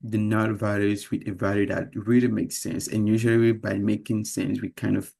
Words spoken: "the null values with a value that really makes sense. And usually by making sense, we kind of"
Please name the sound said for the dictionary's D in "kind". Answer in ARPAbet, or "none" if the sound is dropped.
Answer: D